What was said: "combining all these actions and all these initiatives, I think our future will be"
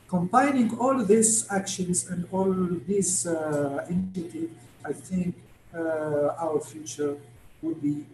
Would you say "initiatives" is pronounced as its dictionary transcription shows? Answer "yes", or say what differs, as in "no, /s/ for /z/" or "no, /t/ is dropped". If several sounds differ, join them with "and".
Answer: no, /z/ is dropped